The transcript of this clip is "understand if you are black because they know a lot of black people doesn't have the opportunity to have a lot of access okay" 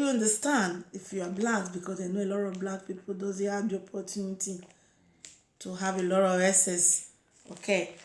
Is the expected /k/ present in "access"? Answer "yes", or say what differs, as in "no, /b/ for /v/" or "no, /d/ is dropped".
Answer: no, /k/ is dropped